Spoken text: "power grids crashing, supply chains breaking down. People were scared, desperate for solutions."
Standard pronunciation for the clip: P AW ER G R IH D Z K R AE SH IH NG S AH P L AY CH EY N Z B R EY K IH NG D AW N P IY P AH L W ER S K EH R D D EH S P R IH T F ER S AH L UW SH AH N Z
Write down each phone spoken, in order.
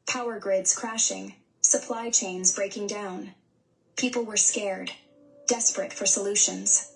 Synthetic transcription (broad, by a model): P AW ER G R IH D Z K R AE SH IH NG S AH P L AY CH EY N Z B R EY K IH NG D AW N P IY P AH L W ER S K EH R D D EH S P R IH T F ER S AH L UW SH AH N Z